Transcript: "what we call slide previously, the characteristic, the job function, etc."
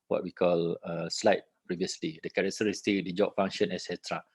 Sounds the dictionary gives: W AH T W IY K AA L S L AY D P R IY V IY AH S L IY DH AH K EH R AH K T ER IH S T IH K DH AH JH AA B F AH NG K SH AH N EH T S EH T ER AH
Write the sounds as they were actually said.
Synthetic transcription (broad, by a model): W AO T W IY K AA L S L AY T P R IY V IY AH S L IY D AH K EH R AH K T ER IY S T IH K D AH JH AA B F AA NG SH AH N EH S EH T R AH